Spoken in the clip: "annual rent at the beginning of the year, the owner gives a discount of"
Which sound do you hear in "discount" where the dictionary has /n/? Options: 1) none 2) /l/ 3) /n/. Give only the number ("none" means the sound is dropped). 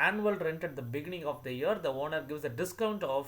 3